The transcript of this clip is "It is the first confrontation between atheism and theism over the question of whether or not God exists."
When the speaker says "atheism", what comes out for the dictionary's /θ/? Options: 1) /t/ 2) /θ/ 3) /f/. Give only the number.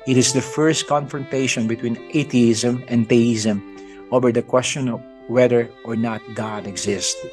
1